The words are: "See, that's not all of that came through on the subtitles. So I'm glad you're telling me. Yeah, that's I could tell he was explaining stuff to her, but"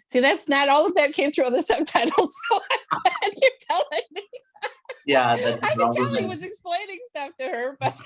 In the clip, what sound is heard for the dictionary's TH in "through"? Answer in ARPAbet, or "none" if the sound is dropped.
TH